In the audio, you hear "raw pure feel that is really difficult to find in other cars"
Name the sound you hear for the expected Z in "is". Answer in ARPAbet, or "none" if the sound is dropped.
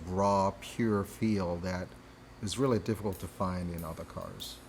Z